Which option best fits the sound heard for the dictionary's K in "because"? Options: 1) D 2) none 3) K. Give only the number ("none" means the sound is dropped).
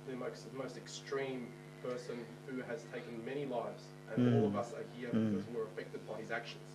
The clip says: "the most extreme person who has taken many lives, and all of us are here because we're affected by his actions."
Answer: 2